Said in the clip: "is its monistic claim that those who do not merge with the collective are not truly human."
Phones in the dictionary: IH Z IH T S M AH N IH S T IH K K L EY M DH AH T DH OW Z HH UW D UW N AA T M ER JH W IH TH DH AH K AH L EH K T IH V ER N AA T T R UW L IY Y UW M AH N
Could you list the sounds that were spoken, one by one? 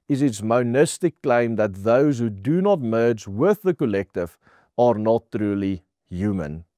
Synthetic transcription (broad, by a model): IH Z IH T S M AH N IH S T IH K K L EY M DH AH T DH OW Z HH UW D UW N AA T M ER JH W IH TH DH AH K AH L EH K T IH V ER N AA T T R UW L IY Y UW M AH N